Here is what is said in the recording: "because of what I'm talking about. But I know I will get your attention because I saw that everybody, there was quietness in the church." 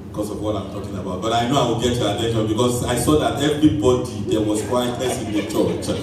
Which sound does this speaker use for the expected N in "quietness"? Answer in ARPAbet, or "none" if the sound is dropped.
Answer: none